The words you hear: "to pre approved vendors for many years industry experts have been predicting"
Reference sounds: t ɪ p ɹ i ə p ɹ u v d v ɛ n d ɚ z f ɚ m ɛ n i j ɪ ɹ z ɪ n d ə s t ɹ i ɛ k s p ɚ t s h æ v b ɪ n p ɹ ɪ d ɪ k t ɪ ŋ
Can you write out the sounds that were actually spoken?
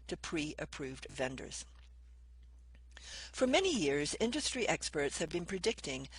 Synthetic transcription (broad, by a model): t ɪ p ɹ i ə p ɹ u v d v ɛ n d ɚ z f ɚ m ɛ n i j ɪ ɹ z ɪ n d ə s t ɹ i ɛ k s p ɚ t s h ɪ v b ɪ n p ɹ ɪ d ɪ k t ɪ ŋ